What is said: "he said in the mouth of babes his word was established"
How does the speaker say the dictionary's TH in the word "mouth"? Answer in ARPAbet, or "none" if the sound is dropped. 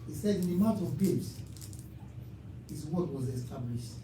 T